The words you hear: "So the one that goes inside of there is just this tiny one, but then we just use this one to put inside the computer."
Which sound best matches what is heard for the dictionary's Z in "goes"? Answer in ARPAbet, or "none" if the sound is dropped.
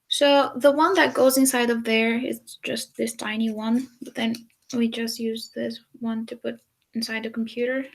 Z